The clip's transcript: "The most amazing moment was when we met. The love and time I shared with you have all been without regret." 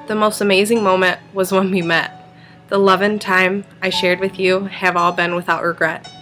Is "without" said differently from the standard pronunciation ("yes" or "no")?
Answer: no